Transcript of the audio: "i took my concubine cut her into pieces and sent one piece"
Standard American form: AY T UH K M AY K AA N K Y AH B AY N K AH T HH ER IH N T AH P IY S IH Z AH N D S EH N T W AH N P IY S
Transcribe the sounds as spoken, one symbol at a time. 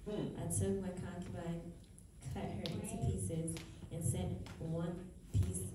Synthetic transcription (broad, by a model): AY T UH K M AY K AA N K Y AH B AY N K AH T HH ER IH N T AH P IY S IH Z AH N S EH N T W AH N P IY S